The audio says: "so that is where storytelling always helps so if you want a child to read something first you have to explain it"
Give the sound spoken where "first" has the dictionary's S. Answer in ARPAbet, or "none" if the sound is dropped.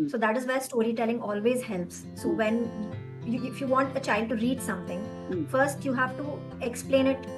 S